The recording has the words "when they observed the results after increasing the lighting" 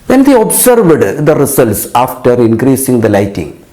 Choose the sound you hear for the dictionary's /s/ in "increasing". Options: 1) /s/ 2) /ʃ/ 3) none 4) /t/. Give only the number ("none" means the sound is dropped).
1